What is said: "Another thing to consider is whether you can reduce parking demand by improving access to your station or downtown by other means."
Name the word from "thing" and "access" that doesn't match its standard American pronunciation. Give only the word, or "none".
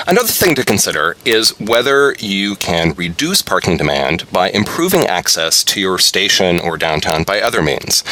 none